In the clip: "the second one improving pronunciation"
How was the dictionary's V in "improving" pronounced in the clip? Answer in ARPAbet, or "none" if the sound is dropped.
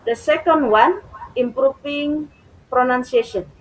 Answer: F